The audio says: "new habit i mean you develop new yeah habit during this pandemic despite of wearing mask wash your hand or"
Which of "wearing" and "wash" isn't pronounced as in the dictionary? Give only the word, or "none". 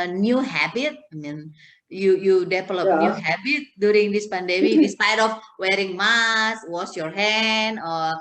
wash